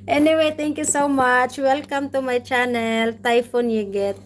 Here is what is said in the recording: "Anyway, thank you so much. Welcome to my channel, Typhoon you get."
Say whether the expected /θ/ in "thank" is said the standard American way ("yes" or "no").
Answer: no